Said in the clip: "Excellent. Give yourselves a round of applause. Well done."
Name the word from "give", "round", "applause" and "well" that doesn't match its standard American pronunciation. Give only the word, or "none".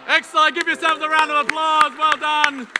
none